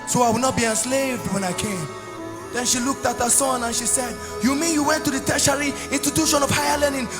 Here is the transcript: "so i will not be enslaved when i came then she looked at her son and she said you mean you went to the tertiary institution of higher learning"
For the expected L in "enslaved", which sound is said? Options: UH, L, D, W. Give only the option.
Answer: L